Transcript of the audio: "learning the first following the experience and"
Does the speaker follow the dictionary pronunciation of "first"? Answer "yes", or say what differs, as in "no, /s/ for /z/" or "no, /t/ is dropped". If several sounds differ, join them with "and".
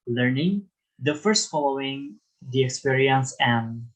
yes